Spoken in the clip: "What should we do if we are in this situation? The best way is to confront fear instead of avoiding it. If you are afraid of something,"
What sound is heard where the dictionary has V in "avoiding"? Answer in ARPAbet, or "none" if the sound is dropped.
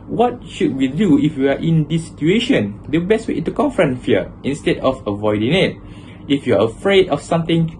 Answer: V